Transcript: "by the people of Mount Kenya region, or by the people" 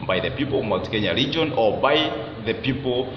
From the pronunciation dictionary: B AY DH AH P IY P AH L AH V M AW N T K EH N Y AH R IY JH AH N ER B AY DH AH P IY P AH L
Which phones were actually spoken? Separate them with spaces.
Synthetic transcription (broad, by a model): B AY DH AH P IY P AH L AH V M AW T K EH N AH R IY JH AH N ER B AY DH AH P IY P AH L